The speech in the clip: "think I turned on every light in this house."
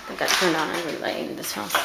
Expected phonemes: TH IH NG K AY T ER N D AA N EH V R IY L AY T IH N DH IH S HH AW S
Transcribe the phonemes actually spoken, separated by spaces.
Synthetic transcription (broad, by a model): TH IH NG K AY T ER N D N EH V R IY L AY IH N DH IH S HH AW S